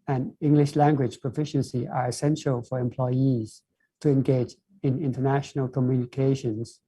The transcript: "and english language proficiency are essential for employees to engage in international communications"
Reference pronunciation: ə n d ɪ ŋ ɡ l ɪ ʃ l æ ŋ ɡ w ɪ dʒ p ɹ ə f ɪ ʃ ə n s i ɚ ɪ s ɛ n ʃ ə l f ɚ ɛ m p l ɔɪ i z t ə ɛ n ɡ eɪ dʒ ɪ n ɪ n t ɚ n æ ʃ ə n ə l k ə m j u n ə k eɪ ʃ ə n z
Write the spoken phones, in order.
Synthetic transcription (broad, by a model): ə n ɪ ŋ ɡ l ɪ ʃ l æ ŋ ɡ w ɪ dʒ p ɹ ə f ɪ ʃ ə n s i ɚ ɪ s ɛ n ʃ ə l f ɚ ɛ m p l ɔɪ i z t ə ɛ n ɡ eɪ dʒ ɪ n ɪ n t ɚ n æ ʃ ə n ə l k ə m j u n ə k eɪ ʃ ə n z